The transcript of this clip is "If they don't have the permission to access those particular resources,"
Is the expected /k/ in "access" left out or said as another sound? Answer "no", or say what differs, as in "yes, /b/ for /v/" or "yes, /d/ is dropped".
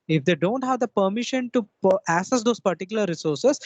yes, /k/ is dropped